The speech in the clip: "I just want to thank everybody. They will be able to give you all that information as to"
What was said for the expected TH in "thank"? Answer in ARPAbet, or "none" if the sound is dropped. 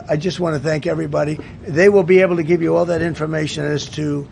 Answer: TH